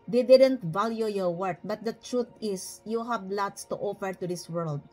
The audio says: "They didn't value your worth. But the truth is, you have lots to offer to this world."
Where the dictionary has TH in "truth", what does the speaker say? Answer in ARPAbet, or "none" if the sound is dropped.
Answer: T